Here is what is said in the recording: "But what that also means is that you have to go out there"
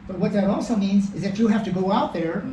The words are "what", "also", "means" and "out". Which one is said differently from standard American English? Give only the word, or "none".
none